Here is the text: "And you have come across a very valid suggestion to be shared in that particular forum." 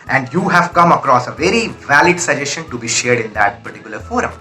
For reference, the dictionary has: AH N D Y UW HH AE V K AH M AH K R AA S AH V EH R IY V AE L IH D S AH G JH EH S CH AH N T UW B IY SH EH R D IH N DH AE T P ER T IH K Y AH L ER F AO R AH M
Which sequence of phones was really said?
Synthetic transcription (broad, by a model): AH N D Y UW HH AE V K AH M AH K R AA S AH V EH R IY V AE L IH D S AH JH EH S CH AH N T UW B IY SH EH R D IH N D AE T P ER T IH K Y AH L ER F AO R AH M